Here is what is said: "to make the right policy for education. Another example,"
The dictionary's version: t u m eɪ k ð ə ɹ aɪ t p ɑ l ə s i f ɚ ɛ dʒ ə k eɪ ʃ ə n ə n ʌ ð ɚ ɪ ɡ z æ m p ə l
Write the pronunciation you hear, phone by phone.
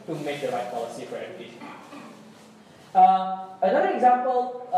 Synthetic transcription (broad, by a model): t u m eɪ k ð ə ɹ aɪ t p ɑ l ə s i f ɚ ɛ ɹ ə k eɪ ə ə n ʌ ð ɚ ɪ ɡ z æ m p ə l